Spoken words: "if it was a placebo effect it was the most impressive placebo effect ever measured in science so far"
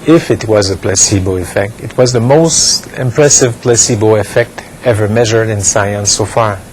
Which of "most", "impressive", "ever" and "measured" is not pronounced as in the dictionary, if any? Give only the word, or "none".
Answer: none